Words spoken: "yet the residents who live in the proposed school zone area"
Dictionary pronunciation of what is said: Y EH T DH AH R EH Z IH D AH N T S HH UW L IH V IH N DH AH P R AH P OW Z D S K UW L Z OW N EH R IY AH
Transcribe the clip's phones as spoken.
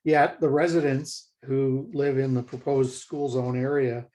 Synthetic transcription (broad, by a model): Y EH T DH AH R EH Z IH D AH N T S HH UW L IH V IH N DH AH P R AH P OW Z D S K UW L Z OW N EH R IY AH